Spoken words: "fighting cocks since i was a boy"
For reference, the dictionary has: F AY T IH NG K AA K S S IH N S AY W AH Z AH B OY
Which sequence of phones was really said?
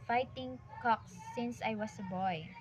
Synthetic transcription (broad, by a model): F AY T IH NG K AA K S S IH N S AY W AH S AH B OY